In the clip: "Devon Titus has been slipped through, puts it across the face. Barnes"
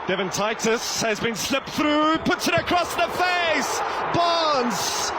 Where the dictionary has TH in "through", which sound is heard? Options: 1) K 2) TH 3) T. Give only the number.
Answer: 2